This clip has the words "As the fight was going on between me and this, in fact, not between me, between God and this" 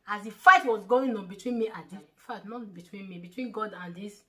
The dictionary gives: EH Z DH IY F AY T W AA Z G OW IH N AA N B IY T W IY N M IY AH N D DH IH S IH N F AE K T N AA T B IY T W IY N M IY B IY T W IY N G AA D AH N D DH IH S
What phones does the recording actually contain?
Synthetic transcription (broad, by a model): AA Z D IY F AY T W AA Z G OW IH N AA N B IY T W IY N M IY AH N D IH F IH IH T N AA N B IY T W IY N M IY B IY T W IY N G AA D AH N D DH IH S